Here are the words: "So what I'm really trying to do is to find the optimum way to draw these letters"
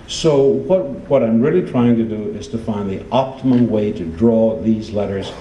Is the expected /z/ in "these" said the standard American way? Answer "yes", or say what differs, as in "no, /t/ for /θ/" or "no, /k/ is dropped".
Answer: yes